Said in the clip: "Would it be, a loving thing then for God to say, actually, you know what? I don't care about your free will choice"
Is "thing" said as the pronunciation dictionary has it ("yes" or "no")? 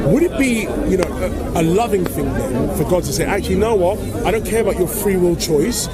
yes